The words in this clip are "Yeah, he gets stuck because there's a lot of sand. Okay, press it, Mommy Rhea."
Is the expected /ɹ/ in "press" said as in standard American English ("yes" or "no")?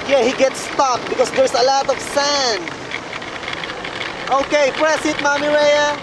yes